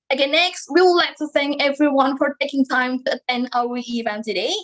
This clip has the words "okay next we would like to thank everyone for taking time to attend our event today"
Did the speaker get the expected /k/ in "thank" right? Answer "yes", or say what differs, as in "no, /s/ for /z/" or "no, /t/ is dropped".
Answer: no, /k/ is dropped